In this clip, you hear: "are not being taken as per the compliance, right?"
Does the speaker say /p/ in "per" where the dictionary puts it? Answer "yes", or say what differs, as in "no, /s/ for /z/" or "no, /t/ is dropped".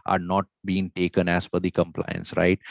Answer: no, /f/ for /p/